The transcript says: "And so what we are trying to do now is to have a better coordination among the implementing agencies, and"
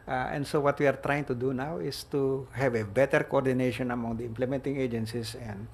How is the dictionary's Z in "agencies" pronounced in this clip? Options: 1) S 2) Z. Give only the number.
1